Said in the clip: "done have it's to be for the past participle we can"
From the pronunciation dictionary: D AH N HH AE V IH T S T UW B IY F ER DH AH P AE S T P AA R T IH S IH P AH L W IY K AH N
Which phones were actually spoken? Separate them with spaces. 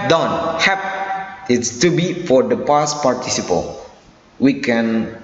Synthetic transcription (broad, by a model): D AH N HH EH P IH T S T UW B IY F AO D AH P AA S P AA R T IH S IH P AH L W IY K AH N